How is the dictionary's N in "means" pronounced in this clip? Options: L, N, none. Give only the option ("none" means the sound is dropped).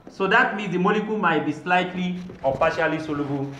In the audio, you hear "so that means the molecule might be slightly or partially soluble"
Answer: none